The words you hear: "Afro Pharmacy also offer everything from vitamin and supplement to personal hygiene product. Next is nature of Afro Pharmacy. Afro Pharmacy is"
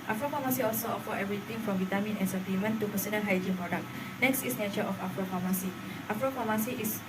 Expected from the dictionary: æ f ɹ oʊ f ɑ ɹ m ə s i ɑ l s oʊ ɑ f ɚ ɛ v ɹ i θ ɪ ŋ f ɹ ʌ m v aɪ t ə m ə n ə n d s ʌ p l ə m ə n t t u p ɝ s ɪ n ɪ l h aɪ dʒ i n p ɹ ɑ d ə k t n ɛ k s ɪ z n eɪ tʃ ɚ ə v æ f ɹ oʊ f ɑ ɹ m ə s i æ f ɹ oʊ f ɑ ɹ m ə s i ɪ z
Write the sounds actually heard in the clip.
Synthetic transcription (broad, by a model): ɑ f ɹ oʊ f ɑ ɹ m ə s i ɑ l s oʊ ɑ f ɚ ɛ v ɹ i t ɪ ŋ f ɹ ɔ m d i t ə m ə n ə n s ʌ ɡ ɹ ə m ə n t t u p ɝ s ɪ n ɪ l h aɪ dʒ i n p ɹ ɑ d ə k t n ɛ k s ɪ s n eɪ tʃ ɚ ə f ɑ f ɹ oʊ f ɑ m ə s i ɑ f ɹ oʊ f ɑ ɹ m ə s i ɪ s